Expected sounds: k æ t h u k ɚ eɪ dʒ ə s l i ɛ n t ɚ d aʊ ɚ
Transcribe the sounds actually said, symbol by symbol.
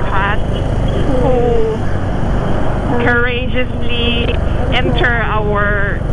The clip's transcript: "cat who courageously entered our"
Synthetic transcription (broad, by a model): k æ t h u k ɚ eɪ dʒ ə s l i ɛ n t ɚ aʊ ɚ